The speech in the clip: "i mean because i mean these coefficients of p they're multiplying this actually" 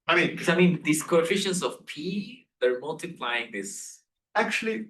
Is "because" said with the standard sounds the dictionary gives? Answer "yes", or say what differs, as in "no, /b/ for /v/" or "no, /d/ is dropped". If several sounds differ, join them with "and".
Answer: no, /k/ is dropped